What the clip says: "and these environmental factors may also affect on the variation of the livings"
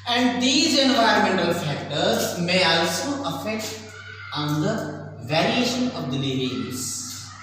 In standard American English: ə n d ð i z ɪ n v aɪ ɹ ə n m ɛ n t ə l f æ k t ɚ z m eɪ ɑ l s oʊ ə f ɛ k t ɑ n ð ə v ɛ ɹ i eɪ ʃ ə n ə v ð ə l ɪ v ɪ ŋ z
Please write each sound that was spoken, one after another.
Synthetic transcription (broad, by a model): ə n d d i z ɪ n v aɪ ə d m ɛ n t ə l f æ k t ɚ z m eɪ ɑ l s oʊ ə f ɛ k t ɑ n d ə v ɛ ɹ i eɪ ʃ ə n ə v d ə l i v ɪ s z